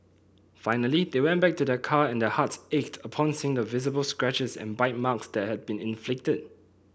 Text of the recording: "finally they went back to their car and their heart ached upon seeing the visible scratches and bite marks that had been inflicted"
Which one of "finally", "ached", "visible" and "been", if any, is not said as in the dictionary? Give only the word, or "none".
none